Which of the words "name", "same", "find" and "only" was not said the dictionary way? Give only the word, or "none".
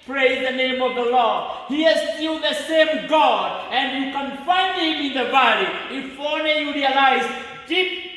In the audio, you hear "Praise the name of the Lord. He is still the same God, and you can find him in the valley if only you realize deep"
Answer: only